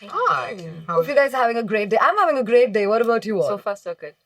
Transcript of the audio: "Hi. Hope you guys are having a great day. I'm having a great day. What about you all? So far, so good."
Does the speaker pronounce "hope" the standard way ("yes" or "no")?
no